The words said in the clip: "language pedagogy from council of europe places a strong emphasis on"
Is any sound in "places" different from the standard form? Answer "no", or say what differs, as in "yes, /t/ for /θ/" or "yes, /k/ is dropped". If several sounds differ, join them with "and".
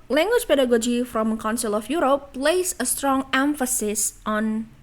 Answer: yes, /s/ is dropped and /s/ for /z/